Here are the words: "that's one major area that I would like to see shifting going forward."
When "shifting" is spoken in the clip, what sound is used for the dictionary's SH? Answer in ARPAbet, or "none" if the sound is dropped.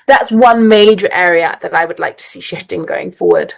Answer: SH